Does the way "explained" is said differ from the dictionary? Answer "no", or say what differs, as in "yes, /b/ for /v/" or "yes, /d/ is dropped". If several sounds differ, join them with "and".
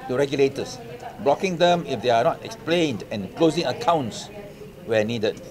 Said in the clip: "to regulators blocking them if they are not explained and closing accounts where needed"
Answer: no